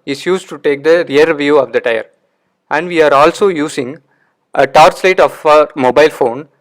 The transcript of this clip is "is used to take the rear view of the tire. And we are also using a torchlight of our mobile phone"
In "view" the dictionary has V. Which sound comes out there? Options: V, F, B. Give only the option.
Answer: V